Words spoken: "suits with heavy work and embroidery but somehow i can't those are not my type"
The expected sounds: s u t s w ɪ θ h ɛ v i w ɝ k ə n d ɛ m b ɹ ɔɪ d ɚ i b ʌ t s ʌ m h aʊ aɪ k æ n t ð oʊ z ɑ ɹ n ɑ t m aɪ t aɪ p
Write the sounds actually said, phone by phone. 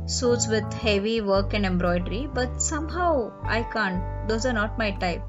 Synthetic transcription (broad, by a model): s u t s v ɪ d h ɛ v i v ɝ k ə n d ɛ m b ɹ ɔɪ d ɚ i b ʌ t s ʌ m h aʊ aɪ k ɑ n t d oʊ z ɑ ɹ n ɑ t m aɪ t aɪ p